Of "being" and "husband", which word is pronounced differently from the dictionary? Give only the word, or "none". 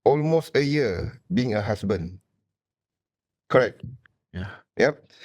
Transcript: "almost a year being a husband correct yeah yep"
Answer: husband